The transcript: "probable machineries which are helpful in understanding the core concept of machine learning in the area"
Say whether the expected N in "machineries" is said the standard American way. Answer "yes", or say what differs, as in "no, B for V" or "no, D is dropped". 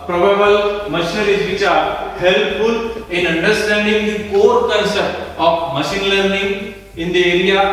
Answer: no, N is dropped